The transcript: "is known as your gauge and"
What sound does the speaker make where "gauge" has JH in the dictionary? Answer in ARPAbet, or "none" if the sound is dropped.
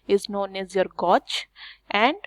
CH